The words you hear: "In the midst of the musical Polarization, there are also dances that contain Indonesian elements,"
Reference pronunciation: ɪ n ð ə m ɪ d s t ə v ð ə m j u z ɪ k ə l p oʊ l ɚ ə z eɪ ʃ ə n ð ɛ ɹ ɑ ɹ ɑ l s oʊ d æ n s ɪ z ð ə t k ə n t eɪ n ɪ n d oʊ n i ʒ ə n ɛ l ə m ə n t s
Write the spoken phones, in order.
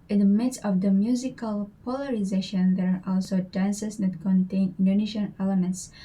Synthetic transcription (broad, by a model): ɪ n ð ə m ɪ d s ə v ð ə m j u z ɪ k ə l p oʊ l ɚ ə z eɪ ʃ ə n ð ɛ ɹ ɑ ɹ ɑ l s oʊ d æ n s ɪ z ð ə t k ə n t eɪ n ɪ n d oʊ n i ʃ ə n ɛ l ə m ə n t s